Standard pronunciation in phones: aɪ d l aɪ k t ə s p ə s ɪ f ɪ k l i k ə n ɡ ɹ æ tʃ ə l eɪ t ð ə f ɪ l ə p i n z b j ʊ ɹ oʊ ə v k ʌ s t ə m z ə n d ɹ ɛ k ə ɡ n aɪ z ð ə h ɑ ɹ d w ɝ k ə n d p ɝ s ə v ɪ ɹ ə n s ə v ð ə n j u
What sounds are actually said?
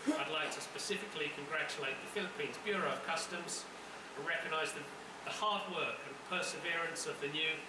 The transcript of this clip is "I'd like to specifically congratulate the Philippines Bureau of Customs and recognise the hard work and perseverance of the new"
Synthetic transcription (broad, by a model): aɪ d l aɪ k t ə s p ə s ɪ f ɪ k l i k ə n ɡ ɹ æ tʃ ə l eɪ t ð ə f ɪ l ə p i n z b j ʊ ɹ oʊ ə v k ʌ s t ə m z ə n ɹ ɛ k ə ɡ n aɪ z ð ə h ɑ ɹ d w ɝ k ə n p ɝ s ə v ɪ ɹ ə n s ə v ð ə n j u